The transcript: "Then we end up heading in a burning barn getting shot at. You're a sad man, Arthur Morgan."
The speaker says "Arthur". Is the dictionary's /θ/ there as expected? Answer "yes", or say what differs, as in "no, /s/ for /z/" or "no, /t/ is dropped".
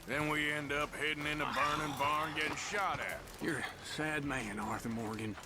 yes